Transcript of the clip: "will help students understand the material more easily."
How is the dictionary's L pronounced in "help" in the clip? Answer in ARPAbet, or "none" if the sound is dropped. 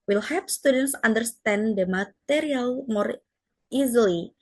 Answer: none